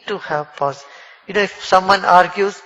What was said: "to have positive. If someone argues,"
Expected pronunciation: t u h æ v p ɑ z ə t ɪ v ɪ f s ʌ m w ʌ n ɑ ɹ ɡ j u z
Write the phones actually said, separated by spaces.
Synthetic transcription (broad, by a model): t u h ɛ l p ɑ s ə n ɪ ɪ f s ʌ m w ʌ n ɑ ɹ ɡ j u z